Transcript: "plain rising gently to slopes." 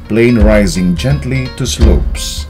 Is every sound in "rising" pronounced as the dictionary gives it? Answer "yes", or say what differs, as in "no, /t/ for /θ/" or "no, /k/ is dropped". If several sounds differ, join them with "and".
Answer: yes